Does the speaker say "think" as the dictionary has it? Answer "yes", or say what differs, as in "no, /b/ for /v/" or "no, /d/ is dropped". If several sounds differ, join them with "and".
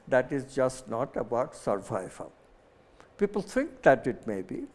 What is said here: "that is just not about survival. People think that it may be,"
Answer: no, /t/ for /θ/